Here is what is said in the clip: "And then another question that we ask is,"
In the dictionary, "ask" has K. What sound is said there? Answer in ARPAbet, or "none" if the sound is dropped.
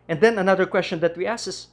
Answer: none